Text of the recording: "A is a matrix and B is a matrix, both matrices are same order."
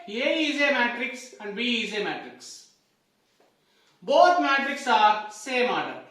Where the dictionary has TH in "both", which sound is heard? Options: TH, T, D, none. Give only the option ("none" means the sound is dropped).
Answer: T